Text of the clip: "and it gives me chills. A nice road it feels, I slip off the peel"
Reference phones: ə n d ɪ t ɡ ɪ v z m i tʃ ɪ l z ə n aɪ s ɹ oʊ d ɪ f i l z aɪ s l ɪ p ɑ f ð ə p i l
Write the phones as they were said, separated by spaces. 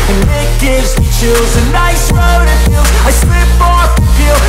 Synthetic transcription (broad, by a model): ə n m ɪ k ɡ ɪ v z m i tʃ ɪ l z ə n aɪ s ɹ oʊ d ɪ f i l aɪ s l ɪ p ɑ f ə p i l